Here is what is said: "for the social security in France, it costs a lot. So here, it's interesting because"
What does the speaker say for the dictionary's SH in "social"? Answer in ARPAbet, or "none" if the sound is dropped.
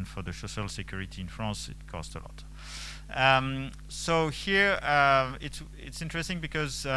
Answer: S